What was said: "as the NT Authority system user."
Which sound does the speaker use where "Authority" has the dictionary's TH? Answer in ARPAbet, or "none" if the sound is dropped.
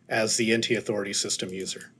TH